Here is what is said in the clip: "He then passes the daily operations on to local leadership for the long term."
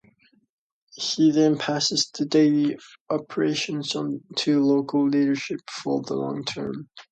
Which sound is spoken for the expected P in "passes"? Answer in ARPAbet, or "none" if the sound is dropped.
P